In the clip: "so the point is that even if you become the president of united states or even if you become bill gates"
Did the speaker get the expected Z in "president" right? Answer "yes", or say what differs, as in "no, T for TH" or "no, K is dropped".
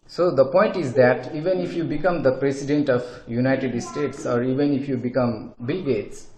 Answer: no, S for Z